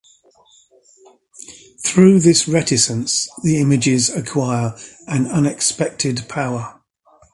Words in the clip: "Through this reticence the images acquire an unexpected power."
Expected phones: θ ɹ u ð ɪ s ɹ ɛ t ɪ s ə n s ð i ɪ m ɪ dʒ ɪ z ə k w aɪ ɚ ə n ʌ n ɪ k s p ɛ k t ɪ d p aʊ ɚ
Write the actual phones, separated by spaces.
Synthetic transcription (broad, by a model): θ ɹ u ð ɪ s ɹ ɛ t ɪ s ə n s ð i ɪ m ɪ dʒ ɪ z ə k w aɪ ɚ ə n ʌ n ɪ k s p ɛ k t ɪ d p aʊ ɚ